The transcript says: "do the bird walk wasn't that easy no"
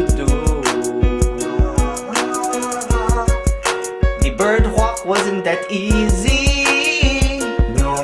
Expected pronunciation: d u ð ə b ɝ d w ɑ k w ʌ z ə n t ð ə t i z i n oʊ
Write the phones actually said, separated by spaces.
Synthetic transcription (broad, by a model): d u ð ə b ɝ d w ɑ k w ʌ z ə n ð ə t i z i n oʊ